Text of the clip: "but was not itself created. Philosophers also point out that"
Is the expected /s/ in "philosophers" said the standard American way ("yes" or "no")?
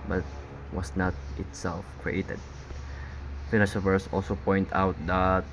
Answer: no